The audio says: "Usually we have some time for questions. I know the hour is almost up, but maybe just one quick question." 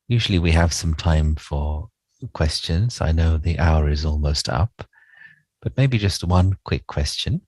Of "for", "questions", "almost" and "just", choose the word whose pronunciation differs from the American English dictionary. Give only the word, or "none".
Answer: none